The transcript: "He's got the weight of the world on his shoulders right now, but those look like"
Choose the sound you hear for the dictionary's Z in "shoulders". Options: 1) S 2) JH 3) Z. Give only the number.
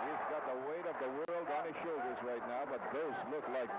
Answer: 3